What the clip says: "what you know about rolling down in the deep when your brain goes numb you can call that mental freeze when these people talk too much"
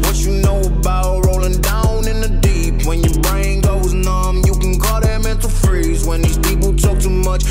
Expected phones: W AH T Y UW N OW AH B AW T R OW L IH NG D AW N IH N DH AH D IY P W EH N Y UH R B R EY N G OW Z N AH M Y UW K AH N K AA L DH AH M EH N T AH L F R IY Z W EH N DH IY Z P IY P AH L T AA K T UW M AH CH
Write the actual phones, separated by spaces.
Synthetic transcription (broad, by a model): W AH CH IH N OW AH B AW T R OW L IH NG D AW N IH N DH AH D IY P W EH N Y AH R B R EY N G OW Z N AH M Y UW K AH N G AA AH M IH N T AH F R IY Z W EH N DH IY Z P IY P L T AA K T UW M AH CH